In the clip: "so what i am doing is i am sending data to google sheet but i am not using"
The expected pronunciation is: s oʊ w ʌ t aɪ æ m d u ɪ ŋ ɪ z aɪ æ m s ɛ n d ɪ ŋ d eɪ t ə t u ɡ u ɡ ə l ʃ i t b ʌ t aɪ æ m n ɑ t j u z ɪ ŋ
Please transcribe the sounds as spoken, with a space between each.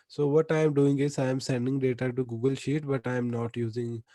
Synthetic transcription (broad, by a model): s oʊ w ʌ t aɪ m d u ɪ ŋ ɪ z aɪ m s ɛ n d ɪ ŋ d eɪ t ə t u ɡ u ɡ ə l ʃ i t b ʌ t aɪ m n ɑ t j u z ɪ ŋ